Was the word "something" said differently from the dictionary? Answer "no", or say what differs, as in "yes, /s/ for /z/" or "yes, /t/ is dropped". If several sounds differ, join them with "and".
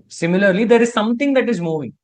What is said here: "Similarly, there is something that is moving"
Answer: yes, /t/ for /θ/